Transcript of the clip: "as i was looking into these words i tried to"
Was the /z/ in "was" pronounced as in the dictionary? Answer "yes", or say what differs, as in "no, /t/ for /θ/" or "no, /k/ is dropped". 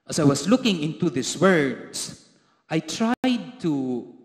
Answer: no, /s/ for /z/